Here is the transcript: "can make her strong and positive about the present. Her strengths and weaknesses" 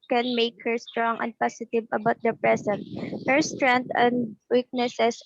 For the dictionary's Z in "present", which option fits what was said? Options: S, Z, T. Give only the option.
S